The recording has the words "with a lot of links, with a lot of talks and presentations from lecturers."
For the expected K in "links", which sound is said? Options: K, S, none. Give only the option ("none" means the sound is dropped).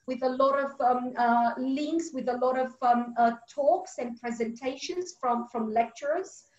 K